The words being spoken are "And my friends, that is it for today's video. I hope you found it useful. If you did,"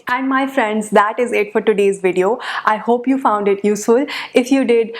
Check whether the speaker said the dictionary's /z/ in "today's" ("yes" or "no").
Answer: yes